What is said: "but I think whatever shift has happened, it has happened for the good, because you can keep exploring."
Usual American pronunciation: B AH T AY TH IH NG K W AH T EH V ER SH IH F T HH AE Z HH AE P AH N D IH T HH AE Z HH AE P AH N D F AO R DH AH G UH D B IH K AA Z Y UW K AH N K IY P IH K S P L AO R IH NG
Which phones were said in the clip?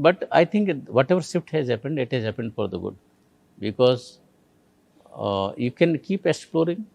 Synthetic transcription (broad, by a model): B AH T AY T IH NG K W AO T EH V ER S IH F T HH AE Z HH AE P AH N D IH T HH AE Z HH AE P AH N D F AO R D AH G UH D B IH K AA Z Y UW K AH N K IY P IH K S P L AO R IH NG